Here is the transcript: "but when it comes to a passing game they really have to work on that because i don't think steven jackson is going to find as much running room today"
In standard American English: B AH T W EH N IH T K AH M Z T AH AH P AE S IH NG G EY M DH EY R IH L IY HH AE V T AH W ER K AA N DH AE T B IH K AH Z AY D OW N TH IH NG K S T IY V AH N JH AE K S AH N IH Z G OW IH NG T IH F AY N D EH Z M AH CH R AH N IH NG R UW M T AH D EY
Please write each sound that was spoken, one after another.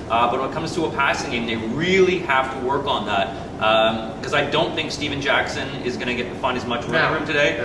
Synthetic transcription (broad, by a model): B AH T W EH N IH T K AH M Z T AH AH P AE S IH NG G EY M DH EY R IH L IY HH AE F T AH W ER K N DH AE T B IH K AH Z AY D OW N TH IH NG K S T IY V AH N JH AE K S AH N IH Z G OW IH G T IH F AY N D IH Z M AH CH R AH IH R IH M T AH D EY